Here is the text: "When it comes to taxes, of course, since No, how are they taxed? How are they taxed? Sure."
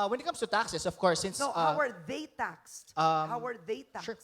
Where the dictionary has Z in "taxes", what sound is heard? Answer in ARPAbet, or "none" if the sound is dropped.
S